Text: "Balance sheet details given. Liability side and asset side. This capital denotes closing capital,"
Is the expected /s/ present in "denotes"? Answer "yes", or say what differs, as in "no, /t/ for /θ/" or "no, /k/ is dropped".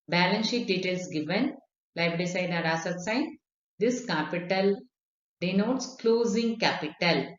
yes